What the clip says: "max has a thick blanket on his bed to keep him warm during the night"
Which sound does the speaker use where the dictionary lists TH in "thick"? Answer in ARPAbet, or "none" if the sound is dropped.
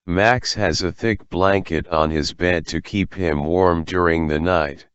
TH